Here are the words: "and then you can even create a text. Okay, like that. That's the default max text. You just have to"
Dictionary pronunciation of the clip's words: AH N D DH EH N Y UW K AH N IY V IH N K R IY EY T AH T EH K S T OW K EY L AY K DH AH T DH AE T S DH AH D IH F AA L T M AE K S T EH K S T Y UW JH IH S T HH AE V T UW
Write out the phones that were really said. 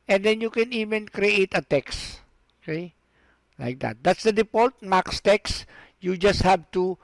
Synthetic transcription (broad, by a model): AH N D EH N Y UW K AH N IY V IH N K R IY EY T AH T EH K S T OW K EY L AY K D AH T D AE T S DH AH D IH P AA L T M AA K S T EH K S Y UW JH IH S T HH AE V T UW